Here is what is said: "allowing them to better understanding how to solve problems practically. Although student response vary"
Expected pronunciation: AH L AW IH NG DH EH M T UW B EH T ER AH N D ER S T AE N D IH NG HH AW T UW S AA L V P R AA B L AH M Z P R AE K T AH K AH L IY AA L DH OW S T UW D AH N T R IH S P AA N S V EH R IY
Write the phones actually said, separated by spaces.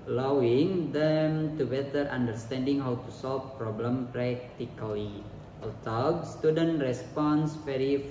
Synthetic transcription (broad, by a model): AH L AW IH NG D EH M T UW B EH T ER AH N D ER S T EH N D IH NG HH AW T UW S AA L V P R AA B L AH M P R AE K T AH K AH L IY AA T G S T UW D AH N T R IH S P AA N S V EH R IY